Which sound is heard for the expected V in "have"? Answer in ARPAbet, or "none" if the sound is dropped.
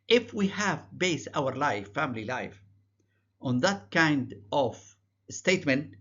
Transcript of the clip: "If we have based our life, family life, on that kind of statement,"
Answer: V